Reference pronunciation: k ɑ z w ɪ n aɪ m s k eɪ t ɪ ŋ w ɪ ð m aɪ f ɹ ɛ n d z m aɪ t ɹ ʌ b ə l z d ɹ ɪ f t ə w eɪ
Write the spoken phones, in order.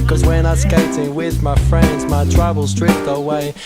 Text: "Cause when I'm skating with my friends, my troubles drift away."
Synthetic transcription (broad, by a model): k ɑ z w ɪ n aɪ s k eɪ t ɪ ŋ w ɪ ð m aɪ f ɹ ɛ n d z m aɪ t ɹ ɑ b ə l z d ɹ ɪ p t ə w eɪ